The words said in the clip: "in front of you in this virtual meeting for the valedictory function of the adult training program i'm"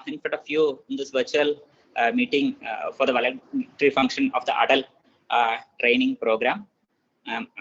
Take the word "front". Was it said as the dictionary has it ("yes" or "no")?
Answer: no